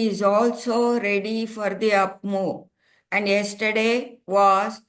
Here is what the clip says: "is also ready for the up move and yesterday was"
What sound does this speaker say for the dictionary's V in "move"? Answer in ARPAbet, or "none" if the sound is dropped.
none